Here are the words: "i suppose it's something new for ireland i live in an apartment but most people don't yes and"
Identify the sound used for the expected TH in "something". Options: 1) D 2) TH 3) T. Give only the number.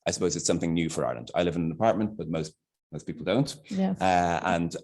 2